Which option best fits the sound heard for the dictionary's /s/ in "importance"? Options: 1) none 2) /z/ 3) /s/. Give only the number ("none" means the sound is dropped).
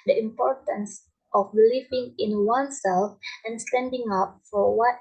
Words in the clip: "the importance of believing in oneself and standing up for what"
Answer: 3